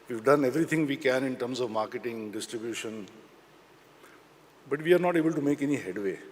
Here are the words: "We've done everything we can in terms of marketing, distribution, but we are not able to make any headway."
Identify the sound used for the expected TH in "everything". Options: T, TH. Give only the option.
T